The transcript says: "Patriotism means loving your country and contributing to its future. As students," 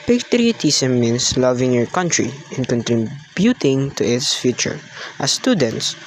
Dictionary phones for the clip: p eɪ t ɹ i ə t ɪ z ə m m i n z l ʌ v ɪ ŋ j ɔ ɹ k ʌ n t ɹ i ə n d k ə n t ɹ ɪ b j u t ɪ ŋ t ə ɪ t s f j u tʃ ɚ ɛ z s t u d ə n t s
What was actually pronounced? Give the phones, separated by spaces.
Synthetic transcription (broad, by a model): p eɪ t ɹ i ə t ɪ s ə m m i n s l ʌ v ɪ ŋ j ɔ ɹ k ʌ n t ɹ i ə n k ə n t ɹ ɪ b j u t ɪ ŋ t ə ɪ t s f j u tʃ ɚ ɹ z s t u d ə n t s